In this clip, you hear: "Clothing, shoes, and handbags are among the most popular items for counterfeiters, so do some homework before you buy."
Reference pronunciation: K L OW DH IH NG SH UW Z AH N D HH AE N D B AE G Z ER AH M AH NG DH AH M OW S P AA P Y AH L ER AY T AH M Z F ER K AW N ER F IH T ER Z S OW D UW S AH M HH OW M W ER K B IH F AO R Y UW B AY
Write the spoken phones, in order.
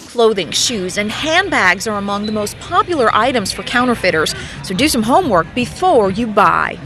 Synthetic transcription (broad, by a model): K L OW DH IH NG SH UW Z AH N HH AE N B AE G Z ER AH M AH NG DH AH M OW S P AA P Y L ER AY T AH M Z F ER K AW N ER F IH T ER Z S OW D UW S AH M HH OW M W ER K B IH F AO R Y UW B AY